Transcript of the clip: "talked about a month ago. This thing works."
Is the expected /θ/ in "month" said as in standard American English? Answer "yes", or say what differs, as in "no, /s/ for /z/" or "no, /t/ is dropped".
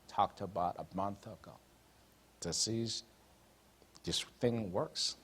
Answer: yes